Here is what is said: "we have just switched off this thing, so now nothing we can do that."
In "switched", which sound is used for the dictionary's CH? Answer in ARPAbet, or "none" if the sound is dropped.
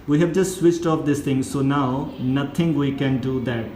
CH